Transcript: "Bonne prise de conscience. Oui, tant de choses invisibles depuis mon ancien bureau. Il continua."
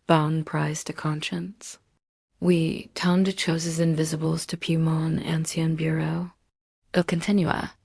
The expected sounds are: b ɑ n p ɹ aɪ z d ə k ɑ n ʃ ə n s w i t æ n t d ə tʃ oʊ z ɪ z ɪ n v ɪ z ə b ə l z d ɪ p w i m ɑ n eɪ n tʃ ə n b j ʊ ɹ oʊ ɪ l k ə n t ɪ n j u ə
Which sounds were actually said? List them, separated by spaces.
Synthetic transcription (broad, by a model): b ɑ n p ɹ aɪ z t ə k ɑ n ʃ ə n s w i t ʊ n d ə tʃ oʊ z ɪ z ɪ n v ɪ z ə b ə l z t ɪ p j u m ɑ n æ n s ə n b j ʊ ɹ oʊ ɪ l k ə n t ɪ n j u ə